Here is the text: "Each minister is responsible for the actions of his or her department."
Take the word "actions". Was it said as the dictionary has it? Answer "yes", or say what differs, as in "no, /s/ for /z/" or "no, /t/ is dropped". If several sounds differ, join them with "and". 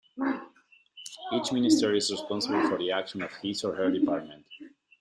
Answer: no, /z/ is dropped